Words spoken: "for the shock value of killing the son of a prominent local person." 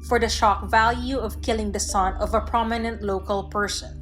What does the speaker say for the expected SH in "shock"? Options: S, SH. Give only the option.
SH